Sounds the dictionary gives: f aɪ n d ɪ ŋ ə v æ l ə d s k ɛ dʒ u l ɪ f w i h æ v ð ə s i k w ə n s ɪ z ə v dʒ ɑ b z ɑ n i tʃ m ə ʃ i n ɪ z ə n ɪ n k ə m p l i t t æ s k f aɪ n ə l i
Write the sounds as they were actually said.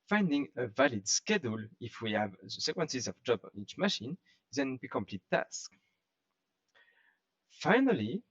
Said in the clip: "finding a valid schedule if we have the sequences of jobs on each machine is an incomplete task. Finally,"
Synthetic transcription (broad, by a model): f aɪ n d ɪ ŋ ə v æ l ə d s k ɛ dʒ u l ɪ f w i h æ v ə s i k w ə n s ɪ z ə v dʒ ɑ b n i tʃ m ə ʃ i n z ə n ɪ k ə m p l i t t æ s k f aɪ n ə l i